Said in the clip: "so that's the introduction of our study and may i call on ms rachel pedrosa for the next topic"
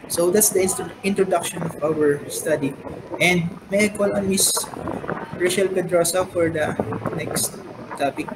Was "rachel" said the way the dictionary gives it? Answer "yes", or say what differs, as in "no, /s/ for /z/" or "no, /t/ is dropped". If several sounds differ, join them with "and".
no, /ʃ/ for /tʃ/